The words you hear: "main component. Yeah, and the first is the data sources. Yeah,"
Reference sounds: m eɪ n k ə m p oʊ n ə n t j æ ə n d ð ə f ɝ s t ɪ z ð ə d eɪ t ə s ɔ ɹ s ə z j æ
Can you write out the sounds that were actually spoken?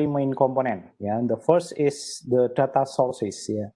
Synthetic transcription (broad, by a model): m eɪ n k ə m p oʊ n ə n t j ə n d ə f ɝ s t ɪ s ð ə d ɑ t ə s ɔ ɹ s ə s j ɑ